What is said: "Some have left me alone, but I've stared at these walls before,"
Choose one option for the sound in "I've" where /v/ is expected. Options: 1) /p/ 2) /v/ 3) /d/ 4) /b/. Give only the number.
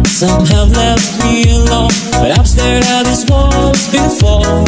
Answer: 1